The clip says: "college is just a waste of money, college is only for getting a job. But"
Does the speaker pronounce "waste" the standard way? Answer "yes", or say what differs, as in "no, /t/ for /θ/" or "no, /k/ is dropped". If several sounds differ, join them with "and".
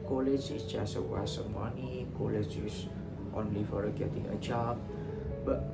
no, /t/ is dropped